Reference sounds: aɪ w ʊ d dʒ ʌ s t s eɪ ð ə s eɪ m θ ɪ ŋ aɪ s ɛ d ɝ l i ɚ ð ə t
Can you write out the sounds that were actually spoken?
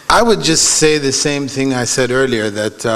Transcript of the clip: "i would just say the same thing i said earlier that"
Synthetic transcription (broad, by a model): aɪ w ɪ d dʒ ʌ s t s eɪ ð ə s eɪ m θ ɪ ŋ aɪ s ɛ d ɝ l i ɚ ð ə t